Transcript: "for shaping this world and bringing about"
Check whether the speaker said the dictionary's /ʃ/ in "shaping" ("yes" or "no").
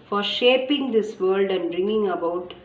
yes